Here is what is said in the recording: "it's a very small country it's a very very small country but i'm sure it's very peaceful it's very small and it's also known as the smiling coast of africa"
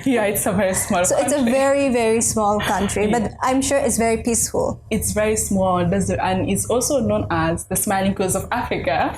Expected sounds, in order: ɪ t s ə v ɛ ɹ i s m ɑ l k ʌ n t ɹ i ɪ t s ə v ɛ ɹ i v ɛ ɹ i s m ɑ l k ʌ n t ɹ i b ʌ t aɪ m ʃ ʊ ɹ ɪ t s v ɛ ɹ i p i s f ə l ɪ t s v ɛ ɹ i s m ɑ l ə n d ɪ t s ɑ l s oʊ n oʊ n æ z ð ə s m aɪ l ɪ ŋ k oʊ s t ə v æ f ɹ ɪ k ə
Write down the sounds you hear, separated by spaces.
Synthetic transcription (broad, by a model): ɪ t s ə v ɛ ɹ i s m ɑ l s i ɪ t s ə v ɛ ɹ i v ɛ ɹ i s m ɑ l k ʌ n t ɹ i b ʌ t aɪ m ʃ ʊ ɹ ɪ t s v ɛ ɹ i p i s f ə l ɪ t s v ɛ ɹ i s m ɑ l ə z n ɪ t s ɑ l s oʊ n oʊ n æ z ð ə s m aɪ l ɪ ŋ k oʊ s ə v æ f ɹ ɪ k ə